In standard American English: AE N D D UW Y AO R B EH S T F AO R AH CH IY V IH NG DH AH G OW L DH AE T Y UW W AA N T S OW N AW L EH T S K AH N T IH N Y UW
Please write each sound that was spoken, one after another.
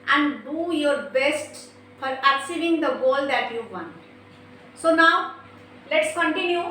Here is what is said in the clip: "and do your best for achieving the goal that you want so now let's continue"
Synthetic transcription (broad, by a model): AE N D D UW Y AO R B EH S T F AO R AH S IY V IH NG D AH G OW L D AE T Y UW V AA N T S OW N AW L EH T S K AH N T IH N Y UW